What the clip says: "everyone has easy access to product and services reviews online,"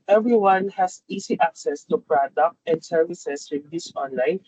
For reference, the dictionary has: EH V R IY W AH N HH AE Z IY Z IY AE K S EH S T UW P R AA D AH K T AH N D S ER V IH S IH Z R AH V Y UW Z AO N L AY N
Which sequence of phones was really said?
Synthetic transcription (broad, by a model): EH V R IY W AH N HH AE S IY S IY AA K S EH S T UW P R AA D AH K T AH N D S ER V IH S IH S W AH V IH S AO N L AY N